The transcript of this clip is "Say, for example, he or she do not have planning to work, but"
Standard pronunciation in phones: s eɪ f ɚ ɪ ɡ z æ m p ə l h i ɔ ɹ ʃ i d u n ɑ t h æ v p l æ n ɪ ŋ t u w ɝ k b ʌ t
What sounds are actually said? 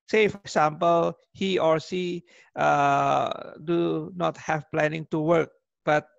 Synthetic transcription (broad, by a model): s eɪ f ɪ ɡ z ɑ m p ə l h i ɔ ɹ s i d u n ɑ t h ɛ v p l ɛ n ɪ ŋ t u w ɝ k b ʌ t